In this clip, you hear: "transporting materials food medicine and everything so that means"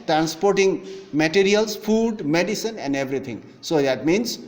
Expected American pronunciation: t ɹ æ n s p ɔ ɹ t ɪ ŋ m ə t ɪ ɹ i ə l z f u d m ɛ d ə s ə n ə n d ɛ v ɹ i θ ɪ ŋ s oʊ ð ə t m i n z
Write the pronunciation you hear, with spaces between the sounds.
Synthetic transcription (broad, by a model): t ɹ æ n s p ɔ ɹ t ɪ ŋ m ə t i ɹ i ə l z f u d m ɛ d ə s ə n ə n d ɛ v ɹ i t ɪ ŋ s oʊ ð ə t m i n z